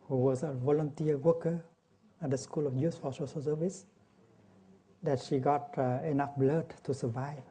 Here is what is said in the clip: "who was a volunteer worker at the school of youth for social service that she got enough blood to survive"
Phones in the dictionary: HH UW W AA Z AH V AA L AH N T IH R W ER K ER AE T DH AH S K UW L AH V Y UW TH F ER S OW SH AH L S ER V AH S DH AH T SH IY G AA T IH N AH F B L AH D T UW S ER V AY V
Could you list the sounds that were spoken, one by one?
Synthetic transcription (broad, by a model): HH UW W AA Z AH V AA L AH N T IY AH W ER K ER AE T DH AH S K UW L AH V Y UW S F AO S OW S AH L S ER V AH S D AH T SH IY G AA T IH N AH F B L AH D T UW S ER V AY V